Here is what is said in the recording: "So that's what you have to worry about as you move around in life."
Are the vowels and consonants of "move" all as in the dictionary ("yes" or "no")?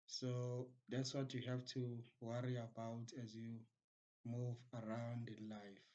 yes